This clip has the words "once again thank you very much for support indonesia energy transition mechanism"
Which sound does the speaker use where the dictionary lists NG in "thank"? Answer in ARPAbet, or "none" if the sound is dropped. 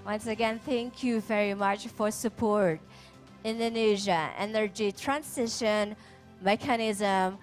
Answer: NG